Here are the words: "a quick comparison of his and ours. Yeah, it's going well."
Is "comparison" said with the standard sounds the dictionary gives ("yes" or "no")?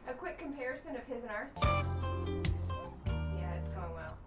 yes